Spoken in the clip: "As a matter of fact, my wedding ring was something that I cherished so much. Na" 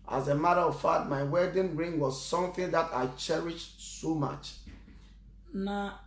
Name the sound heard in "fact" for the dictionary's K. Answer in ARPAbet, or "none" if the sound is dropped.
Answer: none